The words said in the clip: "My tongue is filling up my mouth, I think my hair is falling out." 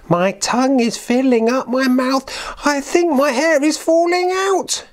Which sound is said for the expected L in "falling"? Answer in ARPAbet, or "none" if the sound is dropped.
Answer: L